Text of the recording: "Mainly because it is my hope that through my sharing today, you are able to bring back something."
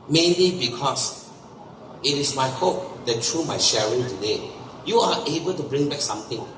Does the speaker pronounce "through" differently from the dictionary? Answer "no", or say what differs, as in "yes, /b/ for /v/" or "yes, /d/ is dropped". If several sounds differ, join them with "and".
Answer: yes, /t/ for /θ/